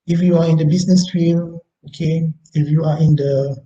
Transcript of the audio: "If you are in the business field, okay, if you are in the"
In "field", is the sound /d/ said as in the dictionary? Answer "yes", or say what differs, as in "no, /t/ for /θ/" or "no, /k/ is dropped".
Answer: no, /d/ is dropped